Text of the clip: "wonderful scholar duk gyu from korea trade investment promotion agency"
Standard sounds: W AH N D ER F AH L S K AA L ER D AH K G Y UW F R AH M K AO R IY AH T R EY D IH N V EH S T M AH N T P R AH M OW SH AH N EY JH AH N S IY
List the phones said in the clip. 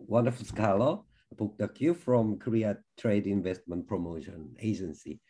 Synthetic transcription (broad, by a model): W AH N D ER F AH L S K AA L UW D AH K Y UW F R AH M K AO R IY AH T R EY D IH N V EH S T M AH N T P R AH M OW SH AH N EY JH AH N S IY